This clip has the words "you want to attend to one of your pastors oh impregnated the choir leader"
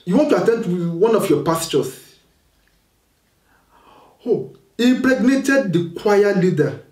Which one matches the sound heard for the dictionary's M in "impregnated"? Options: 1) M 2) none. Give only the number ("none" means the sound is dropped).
2